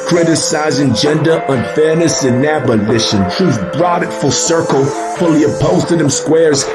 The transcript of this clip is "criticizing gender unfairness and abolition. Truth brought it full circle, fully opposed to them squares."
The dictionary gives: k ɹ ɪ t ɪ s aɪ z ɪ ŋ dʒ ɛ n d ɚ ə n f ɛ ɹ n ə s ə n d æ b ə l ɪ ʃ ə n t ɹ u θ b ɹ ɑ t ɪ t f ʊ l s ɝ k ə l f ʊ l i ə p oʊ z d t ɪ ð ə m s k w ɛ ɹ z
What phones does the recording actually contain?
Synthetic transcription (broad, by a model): k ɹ ɪ t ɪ s aɪ z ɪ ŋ dʒ ɛ n d ɚ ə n f ɛ ɹ n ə s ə n æ b ə l ɪ ʃ ə n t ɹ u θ b ɹ ɑ t ɪ t f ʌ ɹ s ɝ k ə l f ʊ l i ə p oʊ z t ɪ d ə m s k w ɛ ɹ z